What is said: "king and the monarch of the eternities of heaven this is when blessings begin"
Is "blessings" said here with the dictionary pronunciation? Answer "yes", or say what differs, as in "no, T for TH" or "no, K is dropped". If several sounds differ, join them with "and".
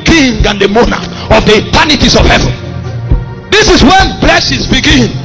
no, NG is dropped